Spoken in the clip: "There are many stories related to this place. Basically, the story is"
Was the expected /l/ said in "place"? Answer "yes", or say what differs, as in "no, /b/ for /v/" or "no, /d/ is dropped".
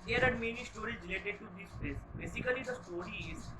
no, /l/ is dropped